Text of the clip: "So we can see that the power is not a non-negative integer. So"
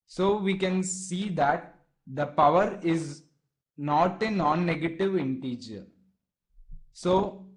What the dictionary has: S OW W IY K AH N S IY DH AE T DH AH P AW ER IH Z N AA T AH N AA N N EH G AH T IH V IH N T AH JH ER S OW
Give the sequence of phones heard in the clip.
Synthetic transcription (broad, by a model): S OW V IY K AH N S IY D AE T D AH P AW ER IH Z N AA T AH N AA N N EH G AH T IH V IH N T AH JH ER S OW